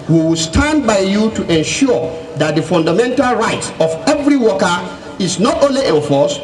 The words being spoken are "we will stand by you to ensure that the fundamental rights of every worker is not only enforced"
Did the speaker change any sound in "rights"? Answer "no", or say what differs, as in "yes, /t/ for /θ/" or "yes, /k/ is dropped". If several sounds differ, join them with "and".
no